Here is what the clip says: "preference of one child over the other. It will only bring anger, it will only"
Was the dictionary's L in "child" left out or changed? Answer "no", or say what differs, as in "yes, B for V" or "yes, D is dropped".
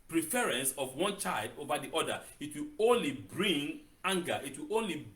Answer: no